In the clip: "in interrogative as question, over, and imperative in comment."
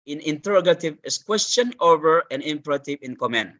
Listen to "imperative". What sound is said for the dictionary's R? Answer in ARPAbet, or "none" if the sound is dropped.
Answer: R